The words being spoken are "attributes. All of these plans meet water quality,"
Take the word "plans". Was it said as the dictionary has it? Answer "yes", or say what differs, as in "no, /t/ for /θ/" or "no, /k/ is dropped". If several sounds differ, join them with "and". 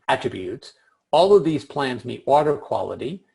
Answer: yes